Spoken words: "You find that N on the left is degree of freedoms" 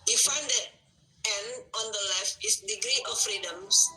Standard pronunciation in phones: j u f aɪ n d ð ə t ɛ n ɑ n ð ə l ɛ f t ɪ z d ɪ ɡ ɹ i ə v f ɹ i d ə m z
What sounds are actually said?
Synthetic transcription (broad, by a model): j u f aɪ n d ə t ɛ n ɑ n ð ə l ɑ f ɪ s d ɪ ɡ ɹ i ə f ɹ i d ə m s